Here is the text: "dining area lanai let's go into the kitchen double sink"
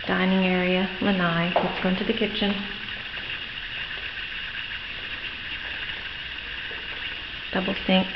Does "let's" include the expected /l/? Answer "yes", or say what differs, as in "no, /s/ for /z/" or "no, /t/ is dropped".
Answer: no, /w/ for /l/